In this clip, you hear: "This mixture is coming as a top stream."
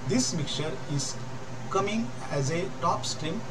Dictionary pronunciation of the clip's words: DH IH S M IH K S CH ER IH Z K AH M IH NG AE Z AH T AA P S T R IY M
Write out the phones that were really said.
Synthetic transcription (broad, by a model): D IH S M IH K CH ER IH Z K AH M IH NG AE Z AH T AA P S T R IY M